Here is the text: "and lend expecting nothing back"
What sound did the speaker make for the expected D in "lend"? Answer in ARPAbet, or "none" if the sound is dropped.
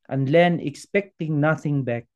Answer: none